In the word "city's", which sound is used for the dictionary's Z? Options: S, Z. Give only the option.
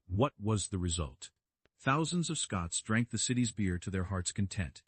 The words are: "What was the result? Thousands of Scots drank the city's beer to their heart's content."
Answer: Z